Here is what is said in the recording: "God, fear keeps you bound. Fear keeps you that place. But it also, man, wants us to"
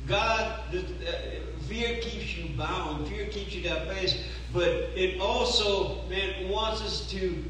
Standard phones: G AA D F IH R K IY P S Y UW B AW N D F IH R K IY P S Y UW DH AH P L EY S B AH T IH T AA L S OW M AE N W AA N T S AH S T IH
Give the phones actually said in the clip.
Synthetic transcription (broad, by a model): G AA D F IH R K IY P S Y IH B AW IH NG F IH R K IY P S Y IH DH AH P EY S B AH T IH T AA L S OW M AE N W AA N T S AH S T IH